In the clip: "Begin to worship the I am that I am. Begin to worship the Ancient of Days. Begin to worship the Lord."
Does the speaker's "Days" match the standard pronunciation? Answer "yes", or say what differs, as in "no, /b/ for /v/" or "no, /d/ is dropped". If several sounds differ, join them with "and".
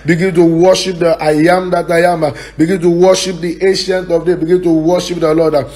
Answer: no, /z/ is dropped